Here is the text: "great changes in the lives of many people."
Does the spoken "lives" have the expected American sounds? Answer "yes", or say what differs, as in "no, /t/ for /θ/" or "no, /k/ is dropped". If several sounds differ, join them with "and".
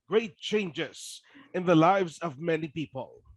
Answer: yes